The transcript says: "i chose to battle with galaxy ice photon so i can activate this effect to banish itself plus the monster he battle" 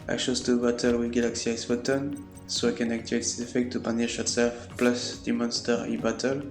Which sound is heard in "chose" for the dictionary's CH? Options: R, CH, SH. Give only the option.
SH